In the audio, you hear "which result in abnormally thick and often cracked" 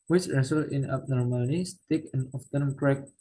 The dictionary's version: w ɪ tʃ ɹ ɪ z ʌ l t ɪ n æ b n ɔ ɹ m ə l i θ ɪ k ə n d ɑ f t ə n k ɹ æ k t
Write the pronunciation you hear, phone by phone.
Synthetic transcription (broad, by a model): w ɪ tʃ ɹ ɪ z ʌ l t ɪ n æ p n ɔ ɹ m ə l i t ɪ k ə n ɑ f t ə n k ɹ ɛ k